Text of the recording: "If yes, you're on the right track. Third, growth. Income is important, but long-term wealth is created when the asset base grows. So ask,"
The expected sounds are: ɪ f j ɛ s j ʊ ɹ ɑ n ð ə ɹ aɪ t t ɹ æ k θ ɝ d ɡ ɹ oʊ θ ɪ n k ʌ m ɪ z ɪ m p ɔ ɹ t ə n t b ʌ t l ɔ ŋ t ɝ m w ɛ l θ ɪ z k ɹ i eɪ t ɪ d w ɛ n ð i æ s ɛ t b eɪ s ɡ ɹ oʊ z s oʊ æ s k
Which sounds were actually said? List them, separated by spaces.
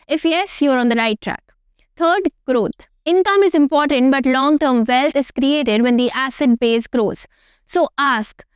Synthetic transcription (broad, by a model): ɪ f j ɛ s j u ɹ ɑ n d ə ɹ aɪ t t ɹ æ k t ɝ d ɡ ɹ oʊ t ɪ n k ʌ m ɪ z ɪ m p ɔ ɹ t ə n t b ʌ t l ɔ ŋ t ɝ m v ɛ l t ɪ z k ɹ i eɪ t ɪ d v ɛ n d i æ s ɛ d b eɪ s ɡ ɹ oʊ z s oʊ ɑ s k